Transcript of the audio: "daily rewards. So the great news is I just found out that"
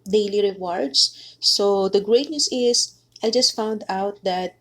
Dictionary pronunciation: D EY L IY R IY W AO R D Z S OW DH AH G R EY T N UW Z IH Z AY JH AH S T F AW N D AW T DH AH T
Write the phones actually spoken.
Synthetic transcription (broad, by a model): D EY L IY R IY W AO R D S S OW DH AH G R EY T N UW S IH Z AY JH AH S T F AW N D AW T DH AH T